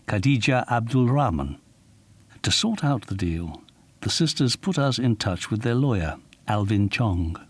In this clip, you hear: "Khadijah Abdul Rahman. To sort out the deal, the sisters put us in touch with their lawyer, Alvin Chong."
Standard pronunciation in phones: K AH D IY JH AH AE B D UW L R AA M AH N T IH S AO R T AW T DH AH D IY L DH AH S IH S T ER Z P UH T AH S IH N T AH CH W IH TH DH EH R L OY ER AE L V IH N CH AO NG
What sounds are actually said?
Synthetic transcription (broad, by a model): K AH D IY JH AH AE B D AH L R AA M AH N T IH S AO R T AW T DH AH D IY L DH AH S IH S T ER Z P UH T AH S IH N T AH CH W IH DH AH R L OY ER AE L V IH N CH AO NG